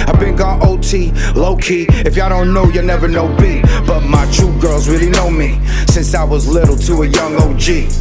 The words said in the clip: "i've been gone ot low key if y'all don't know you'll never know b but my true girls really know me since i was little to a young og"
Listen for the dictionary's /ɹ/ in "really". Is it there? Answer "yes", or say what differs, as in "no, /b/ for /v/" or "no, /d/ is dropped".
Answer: yes